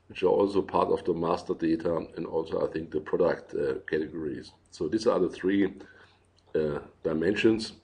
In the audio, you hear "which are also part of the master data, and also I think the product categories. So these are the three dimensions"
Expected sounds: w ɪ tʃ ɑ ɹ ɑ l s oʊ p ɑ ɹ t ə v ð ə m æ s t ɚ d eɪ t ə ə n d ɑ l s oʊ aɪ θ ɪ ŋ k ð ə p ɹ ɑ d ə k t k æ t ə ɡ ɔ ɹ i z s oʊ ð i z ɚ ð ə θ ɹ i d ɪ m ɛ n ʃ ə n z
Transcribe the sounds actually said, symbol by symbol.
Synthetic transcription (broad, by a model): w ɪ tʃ ɑ ɹ ɑ l s oʊ p ɑ ɹ t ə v ð ə m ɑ s t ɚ d eɪ t ə ə n d ɑ l s oʊ aɪ θ ɪ ŋ k ð ə p ɹ ɑ d ə k t k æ t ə ɡ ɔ ɹ i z s oʊ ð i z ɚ ð ə θ ɹ i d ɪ m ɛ n ʃ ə n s